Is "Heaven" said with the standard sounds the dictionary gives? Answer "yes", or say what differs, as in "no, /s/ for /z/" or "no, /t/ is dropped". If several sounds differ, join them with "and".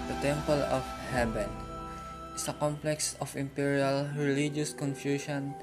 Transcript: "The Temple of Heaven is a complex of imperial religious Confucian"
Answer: no, /b/ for /v/